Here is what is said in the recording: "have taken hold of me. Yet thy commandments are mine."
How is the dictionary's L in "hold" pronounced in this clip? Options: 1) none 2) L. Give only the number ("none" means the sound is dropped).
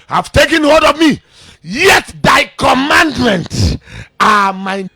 1